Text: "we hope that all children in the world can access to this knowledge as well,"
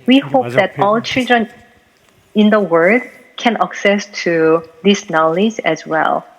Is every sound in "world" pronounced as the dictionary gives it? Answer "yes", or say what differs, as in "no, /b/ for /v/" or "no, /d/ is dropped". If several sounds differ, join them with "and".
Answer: no, /l/ is dropped